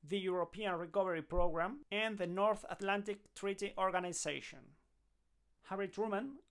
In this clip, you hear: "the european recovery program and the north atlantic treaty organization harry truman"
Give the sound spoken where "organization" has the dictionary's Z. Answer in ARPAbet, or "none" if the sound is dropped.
S